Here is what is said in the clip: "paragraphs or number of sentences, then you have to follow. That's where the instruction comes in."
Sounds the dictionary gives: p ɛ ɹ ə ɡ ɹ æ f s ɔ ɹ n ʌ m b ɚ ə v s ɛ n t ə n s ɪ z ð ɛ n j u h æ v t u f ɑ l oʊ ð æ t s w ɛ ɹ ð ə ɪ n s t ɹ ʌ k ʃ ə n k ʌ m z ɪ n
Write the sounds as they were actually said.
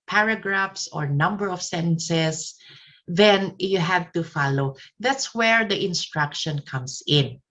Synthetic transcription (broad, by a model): p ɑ ɹ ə ɡ ɹ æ f s ɔ ɹ n ʌ m b ɚ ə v s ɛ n s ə s ð ɛ n j u h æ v t u f ɑ l oʊ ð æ t s w ɛ ɹ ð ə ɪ n s t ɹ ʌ k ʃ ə n k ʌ m s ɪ n